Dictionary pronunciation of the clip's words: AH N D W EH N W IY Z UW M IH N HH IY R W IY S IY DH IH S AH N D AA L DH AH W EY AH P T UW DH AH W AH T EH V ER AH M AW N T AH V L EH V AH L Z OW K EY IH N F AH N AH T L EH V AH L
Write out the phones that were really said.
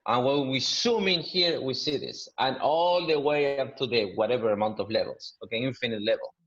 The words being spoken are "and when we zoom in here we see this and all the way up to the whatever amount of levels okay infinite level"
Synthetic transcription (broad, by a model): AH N W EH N W IY S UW M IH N HH IY R W IY S IY DH IH S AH N AA L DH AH W EY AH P T UW DH AH W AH T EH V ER AH M AW N T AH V L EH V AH L S OW K EY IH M F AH N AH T L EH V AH L